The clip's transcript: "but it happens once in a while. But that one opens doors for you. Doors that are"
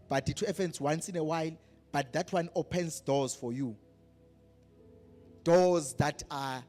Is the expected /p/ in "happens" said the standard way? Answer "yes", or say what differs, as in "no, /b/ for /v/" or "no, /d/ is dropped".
no, /f/ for /p/